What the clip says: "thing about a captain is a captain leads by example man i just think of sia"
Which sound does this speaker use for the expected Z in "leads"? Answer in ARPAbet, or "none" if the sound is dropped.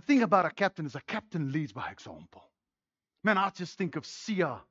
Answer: Z